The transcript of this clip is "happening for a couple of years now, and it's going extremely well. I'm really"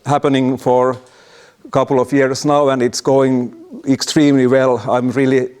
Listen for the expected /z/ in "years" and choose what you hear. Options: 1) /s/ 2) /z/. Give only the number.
1